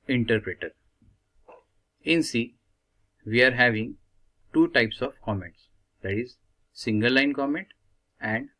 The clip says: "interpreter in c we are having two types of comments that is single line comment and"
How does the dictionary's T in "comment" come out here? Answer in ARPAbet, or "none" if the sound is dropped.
T